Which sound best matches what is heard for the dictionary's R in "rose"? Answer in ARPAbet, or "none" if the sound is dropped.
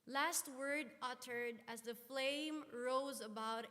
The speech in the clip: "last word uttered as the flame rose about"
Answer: R